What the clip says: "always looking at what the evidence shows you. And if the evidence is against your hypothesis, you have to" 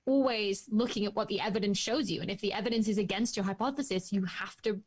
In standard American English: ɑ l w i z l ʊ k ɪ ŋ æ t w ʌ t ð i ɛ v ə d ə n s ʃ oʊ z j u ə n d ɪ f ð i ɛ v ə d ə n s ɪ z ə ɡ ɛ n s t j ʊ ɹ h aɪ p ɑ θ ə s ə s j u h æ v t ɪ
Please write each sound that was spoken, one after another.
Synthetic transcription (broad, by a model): ɑ l w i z l ʊ k ɪ ŋ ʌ t w ʌ t ð i ɛ v ə d ə n s ʃ oʊ z j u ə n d ɪ f ð i ɛ v ə d ə n s ɪ z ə ɡ ɛ n s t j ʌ ɹ h aɪ p ɑ θ ə s ə s j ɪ h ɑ f t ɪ